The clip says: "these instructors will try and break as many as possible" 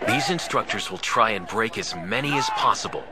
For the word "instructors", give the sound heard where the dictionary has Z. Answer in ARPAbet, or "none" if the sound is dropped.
Z